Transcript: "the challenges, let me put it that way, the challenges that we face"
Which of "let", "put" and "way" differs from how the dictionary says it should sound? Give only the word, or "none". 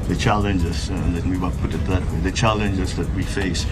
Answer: let